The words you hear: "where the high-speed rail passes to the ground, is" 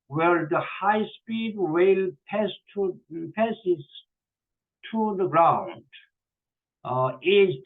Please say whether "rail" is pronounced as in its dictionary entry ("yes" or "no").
no